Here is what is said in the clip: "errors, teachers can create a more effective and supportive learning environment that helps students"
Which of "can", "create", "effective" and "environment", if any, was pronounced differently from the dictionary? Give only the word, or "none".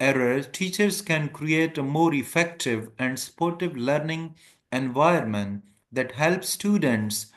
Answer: environment